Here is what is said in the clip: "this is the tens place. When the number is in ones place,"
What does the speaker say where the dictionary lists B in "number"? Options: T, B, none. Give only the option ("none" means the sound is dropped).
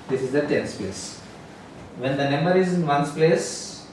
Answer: none